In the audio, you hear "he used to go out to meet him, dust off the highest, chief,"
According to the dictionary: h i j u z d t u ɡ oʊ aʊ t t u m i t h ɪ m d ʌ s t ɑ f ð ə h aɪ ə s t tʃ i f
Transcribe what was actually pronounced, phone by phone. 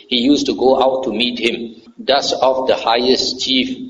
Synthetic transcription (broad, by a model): h i j u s t u ɡ oʊ aʊ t t u m i t h ɪ m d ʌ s ɑ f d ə h aɪ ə s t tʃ i f